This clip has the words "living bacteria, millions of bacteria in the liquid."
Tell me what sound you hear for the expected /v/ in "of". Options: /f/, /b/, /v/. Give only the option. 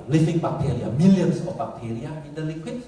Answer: /f/